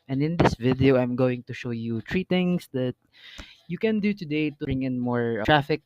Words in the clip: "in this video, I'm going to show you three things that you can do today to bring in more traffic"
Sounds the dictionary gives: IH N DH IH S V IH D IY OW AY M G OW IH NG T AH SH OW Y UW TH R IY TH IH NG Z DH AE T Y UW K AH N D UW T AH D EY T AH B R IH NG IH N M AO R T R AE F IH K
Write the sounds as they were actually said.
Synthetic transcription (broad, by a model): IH N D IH S V IH D IY OW AY M G OW IH NG T AH SH OW Y UW T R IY T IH NG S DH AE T Y UW K AH N D UW T AH D EY T AH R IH NG IH N M AO R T R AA F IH K